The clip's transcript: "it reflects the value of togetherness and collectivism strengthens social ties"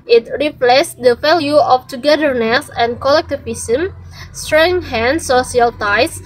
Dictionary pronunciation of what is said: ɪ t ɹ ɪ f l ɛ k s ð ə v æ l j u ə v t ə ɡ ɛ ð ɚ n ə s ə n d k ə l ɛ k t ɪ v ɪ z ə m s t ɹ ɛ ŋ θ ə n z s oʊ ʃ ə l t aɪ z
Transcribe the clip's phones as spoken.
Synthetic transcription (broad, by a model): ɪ t ɹ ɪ p l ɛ s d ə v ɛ l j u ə f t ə ɡ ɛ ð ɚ n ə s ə n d k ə l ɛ k t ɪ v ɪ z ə m s t ɹ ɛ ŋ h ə n s oʊ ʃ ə l t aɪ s